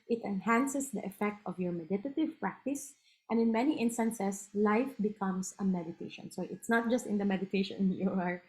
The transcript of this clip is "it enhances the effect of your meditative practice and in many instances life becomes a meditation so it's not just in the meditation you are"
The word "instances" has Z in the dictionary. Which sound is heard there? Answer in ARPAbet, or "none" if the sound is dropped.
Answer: S